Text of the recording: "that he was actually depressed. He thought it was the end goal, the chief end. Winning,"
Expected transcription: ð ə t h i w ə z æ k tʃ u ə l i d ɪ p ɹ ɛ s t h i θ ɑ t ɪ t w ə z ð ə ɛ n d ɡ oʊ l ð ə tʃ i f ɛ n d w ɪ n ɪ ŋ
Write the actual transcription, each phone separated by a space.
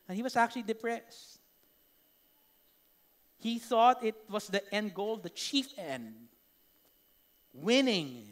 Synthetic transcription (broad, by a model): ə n h i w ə s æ k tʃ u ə l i d ɪ p ɹ ɛ s t h i θ ɑ t ɪ t w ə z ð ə ɛ n d ɡ oʊ l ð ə tʃ i f ɛ n d w ɪ n ɪ ŋ